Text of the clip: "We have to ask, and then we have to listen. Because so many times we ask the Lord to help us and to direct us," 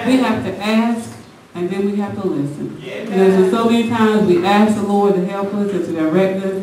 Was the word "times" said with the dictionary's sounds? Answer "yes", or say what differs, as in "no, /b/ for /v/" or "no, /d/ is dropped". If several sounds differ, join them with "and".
yes